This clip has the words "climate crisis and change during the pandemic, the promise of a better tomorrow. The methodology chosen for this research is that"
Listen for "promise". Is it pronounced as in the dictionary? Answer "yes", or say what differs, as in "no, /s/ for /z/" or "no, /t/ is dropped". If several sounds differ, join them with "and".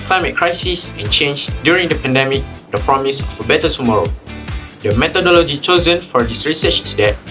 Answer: yes